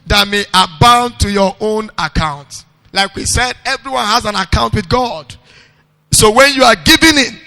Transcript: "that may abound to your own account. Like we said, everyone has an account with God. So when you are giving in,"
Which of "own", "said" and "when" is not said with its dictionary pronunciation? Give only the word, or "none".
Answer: none